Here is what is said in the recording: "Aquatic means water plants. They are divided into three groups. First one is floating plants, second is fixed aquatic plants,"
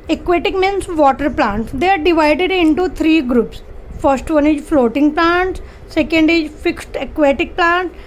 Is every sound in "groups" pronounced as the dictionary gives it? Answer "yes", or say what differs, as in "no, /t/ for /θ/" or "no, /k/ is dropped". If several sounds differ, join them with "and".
yes